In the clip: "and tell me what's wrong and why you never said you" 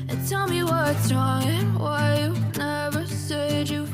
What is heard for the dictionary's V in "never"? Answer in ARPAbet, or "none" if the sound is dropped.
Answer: V